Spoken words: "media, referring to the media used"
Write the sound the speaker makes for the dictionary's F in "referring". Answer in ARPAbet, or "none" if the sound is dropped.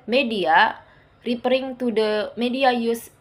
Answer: P